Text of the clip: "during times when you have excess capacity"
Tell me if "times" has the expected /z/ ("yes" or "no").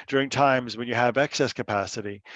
yes